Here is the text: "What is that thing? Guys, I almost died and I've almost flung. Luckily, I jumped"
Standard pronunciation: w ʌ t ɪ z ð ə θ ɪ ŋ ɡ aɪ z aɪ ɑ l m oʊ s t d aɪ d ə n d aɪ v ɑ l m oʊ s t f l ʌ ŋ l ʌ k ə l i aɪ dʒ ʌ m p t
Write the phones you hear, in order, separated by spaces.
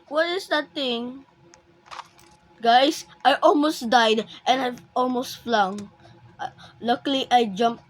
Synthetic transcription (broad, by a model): w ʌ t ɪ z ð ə t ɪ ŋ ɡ aɪ s aɪ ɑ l m oʊ s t d aɪ d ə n aɪ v ɑ l m oʊ s t f l ʌ ŋ l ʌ k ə l i aɪ dʒ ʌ m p